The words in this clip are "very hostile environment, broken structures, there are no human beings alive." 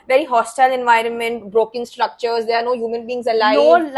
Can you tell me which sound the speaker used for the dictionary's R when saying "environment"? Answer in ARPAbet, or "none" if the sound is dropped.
R